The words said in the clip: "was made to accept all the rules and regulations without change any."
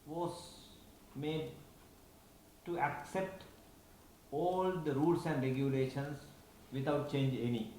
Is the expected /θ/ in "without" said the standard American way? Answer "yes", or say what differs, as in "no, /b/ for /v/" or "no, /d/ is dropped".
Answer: no, /t/ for /θ/